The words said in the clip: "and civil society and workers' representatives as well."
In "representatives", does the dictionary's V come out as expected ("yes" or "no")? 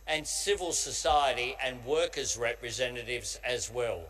yes